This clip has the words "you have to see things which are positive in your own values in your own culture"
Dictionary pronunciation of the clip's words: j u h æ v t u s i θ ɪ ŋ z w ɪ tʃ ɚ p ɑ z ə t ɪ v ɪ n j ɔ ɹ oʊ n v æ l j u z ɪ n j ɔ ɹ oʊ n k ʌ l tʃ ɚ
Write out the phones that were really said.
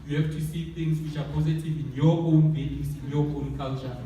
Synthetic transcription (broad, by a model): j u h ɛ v t u s i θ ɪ ŋ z w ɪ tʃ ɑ p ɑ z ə t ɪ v ɪ n j ɔ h oʊ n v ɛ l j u s ɪ n j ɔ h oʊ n k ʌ l tʃ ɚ